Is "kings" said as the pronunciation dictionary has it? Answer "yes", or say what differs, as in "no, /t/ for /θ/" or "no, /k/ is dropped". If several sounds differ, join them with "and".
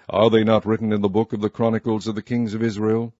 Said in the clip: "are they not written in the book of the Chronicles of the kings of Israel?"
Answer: yes